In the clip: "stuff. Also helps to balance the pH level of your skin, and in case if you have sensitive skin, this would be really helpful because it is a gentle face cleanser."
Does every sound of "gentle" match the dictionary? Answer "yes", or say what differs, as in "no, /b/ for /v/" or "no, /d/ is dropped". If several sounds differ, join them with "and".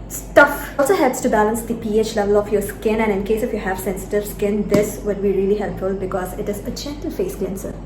no, /tʃ/ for /dʒ/